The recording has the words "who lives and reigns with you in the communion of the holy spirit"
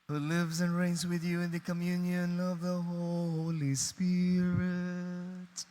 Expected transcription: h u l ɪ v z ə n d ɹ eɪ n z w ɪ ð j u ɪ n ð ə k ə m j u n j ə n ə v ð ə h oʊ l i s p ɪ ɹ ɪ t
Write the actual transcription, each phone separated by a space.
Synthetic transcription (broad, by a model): h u l ɪ v z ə n ɹ eɪ n z w ɪ ð j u ɪ n ð ə k ə m j u n j ə n ə v ð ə h oʊ l i s p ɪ ɹ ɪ t